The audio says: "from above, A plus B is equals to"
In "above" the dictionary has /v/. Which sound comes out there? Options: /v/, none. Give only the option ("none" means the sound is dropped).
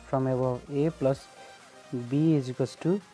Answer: none